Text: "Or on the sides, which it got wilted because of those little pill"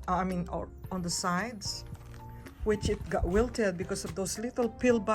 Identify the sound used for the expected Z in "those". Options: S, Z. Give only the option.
S